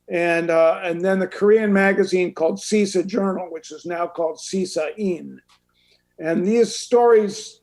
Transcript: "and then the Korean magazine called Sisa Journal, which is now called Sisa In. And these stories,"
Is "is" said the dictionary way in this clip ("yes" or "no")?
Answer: yes